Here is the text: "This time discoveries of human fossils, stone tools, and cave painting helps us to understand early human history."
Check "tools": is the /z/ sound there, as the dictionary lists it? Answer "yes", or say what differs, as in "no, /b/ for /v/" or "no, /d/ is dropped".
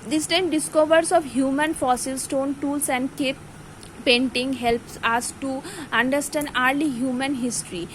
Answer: no, /s/ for /z/